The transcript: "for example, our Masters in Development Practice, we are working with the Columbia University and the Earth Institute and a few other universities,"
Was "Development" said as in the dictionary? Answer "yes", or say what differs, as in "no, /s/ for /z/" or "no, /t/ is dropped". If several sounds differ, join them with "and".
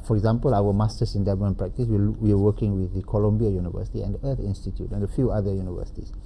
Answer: no, /p/ is dropped